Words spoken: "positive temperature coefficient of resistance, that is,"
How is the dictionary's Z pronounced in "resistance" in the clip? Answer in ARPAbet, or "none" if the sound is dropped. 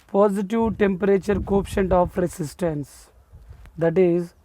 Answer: S